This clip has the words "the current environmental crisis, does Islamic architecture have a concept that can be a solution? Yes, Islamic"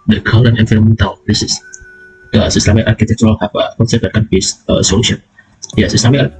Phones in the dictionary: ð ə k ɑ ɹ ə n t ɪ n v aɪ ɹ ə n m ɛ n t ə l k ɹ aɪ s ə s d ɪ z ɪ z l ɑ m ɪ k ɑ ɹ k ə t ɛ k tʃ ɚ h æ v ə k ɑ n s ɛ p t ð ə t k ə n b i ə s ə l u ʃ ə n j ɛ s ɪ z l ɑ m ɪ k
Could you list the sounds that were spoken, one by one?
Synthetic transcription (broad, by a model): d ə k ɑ l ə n ɪ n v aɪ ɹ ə m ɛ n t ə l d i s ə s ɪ s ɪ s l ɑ m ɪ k ɑ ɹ k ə t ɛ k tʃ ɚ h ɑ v ə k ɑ n s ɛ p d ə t k ə n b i ə s ə l u ʃ ə n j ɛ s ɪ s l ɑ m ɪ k